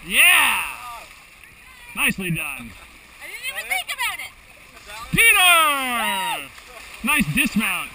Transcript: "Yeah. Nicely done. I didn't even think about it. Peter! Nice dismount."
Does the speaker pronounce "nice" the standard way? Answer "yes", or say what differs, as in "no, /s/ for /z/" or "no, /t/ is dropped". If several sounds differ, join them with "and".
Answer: yes